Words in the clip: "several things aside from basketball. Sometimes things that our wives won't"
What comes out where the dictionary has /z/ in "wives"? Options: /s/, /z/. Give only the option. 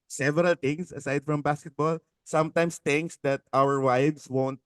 /s/